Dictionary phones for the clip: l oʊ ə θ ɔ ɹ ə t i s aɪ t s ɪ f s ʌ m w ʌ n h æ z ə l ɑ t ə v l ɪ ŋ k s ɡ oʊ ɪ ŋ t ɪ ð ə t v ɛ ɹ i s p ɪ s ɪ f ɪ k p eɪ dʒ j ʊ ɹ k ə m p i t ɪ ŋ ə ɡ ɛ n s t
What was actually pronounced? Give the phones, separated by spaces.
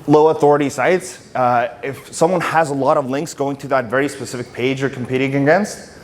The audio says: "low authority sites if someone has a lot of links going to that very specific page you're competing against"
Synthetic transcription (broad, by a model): l oʊ ə θ ɔ ɹ ə t i s aɪ t s ɪ f s ʌ m w ʌ n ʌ z ə l ɑ t ə v l ɪ ŋ k s ɡ oʊ ɪ ŋ t ɪ ð ə t v ɛ ɹ i s p ɪ s ɪ f ɪ k p eɪ dʒ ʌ ɹ k m p i t ɪ ŋ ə ɡ ɛ n s t